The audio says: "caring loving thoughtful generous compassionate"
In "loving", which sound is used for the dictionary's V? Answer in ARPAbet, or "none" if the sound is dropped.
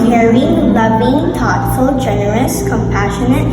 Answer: B